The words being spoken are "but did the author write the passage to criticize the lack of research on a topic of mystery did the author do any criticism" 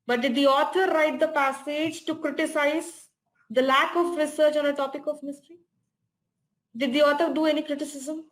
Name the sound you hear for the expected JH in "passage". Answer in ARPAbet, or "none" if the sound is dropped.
JH